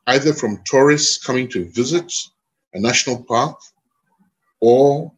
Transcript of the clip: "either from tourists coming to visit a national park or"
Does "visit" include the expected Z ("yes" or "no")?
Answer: yes